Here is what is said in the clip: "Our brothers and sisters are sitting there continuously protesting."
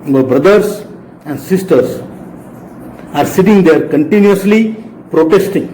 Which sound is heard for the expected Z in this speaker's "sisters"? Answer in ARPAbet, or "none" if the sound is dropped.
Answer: S